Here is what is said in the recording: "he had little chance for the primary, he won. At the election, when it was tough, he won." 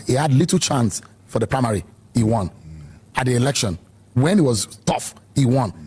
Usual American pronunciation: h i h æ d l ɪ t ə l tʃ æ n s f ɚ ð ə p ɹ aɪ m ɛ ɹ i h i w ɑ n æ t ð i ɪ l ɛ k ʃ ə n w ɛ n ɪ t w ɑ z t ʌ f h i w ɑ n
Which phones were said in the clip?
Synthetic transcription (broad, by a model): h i h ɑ d l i t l tʃ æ n s f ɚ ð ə p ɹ aɪ m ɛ ɹ i h i w ɑ n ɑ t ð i ɪ l ɛ k ʃ ə n w ɛ n ɪ t w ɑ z t ʌ f h i w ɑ n